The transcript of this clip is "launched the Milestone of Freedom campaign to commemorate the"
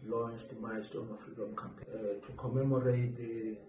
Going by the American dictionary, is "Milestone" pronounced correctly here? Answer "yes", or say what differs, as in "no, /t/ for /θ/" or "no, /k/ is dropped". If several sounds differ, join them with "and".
no, /l/ is dropped